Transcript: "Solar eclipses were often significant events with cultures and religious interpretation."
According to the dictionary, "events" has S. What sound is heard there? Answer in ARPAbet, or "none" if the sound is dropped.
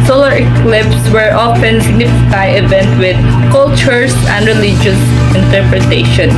none